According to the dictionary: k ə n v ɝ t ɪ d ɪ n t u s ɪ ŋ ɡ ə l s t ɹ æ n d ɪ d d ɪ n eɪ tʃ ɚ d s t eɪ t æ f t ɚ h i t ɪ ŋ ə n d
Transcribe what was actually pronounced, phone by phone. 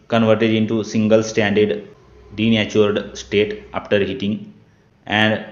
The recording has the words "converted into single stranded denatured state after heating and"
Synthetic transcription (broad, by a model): k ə n v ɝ t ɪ d ɪ n t u s ɪ ŋ ɡ ə l s t æ n d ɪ d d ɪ n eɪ tʃ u d s t eɪ t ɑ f t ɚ h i t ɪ ŋ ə n d